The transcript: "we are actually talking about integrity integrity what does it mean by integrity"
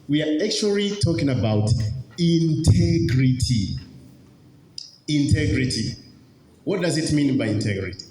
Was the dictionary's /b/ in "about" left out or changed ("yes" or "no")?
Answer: no